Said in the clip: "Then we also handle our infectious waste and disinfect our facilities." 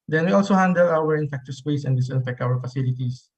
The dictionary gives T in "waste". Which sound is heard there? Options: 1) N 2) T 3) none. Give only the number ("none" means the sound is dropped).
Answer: 3